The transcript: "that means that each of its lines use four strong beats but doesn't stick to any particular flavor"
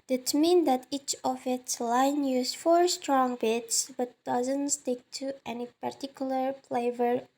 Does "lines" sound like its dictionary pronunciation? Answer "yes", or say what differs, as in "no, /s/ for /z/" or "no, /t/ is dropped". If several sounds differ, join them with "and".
no, /z/ is dropped